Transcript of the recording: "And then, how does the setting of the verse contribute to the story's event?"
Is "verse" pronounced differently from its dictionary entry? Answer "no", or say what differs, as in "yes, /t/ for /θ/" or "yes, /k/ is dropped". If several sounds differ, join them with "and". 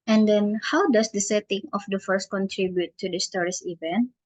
yes, /f/ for /v/